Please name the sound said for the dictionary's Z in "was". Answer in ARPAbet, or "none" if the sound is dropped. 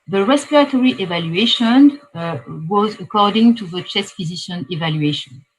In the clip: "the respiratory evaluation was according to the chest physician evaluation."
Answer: Z